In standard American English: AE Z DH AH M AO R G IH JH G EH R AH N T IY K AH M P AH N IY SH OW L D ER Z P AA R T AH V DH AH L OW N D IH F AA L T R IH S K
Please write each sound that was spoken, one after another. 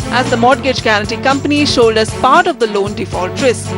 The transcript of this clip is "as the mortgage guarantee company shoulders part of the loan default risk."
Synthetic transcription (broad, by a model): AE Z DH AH M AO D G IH JH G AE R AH T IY K AH M P AH N IY SH OW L D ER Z P AA R T AH V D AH L OW N D IH F AA L T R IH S